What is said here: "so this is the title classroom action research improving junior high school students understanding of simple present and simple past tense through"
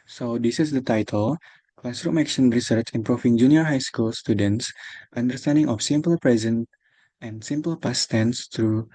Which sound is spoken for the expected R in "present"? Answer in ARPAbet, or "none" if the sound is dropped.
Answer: R